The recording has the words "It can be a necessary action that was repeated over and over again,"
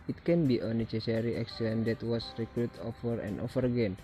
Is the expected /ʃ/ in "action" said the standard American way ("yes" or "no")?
no